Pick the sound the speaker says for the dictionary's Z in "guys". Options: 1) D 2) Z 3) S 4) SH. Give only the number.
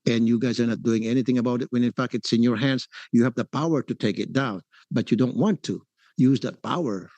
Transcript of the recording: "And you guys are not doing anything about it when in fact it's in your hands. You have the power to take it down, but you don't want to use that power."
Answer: 2